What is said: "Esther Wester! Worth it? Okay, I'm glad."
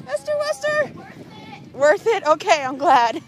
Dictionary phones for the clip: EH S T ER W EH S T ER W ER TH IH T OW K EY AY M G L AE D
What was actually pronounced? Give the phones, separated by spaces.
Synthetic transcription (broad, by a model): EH S T ER W EH S T ER W ER TH IH T OW K EY AY M G L AE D